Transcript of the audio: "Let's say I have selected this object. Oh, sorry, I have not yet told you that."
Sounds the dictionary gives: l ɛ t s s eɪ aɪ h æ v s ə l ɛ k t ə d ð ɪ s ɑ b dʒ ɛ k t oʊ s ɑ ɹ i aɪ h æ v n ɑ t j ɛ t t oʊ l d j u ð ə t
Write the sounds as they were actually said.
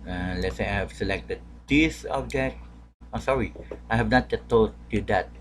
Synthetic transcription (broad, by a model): l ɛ t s s eɪ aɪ h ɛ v s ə l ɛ k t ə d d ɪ s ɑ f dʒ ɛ t oʊ s ɑ ɹ i aɪ h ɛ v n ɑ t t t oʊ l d j u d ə t